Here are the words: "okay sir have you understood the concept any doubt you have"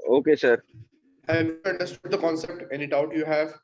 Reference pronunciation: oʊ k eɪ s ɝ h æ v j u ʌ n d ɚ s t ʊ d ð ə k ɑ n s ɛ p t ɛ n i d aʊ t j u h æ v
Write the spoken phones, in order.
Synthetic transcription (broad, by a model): oʊ k eɪ s ɝ h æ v j u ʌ n d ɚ s t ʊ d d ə k ɑ n s ɛ p t ɛ n i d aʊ t j u h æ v